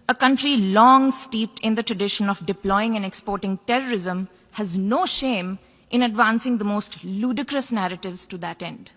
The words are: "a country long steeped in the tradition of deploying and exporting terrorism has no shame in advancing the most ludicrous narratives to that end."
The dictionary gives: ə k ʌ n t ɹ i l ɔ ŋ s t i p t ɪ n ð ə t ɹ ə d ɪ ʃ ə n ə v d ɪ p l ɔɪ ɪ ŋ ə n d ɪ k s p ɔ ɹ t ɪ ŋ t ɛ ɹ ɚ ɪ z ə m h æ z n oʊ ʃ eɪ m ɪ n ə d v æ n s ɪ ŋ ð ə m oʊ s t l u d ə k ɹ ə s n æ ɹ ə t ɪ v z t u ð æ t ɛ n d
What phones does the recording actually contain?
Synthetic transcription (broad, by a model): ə k ʌ n t ɹ i l ɔ ŋ s t i p t ɪ n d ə t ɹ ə d ɪ ʃ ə n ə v d ɪ p l ɔɪ ɪ ŋ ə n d ɪ k s p ɔ ɹ t ɪ ŋ t ɛ ɹ ɚ ɪ z ə m h æ z n oʊ ʃ eɪ m ɪ n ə d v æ n s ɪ ŋ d ə m oʊ s t l u d ə k ɹ ə s n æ ɹ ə t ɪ v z t u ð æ t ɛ n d